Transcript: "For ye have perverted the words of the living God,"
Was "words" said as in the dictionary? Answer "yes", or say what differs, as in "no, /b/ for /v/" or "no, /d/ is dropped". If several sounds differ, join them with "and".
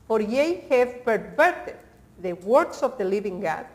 no, /s/ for /z/